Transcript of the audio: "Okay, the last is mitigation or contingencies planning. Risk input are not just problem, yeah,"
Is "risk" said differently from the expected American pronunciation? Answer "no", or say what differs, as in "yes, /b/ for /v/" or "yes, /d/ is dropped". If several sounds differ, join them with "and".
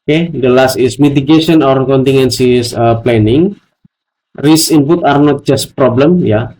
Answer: yes, /k/ is dropped